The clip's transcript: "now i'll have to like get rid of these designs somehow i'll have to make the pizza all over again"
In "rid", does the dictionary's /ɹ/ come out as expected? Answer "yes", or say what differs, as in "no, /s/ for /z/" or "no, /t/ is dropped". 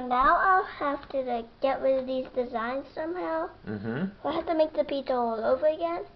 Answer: no, /w/ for /ɹ/